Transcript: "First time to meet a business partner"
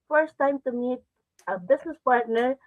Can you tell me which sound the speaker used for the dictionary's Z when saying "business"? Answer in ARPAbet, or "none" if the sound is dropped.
S